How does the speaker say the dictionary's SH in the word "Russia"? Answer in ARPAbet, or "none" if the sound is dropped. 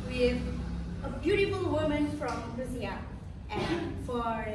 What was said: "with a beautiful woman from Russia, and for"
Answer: S